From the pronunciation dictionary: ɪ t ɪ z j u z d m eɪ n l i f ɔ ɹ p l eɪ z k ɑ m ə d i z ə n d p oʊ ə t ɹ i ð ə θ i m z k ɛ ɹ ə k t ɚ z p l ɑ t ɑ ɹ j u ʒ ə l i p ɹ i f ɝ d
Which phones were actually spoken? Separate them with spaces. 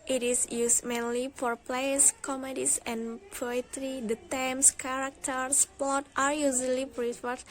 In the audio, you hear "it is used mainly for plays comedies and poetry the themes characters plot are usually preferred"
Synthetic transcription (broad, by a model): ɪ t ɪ s j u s m eɪ n l i f ɔ ɹ p l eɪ s k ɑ m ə d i s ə n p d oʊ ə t ɹ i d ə t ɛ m s k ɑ ɹ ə k t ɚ s p ɑ t ɑ ɹ j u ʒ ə l i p ɹ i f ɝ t